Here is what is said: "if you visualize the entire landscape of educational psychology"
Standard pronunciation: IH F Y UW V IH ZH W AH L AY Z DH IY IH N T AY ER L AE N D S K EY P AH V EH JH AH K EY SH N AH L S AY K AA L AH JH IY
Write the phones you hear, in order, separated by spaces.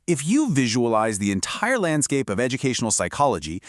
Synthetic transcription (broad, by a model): IH F Y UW V IH ZH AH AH L AY Z DH IY IH N T AY ER L AE N D S K EY P AH V EH JH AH K EY SH N L S AY K AA L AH JH IY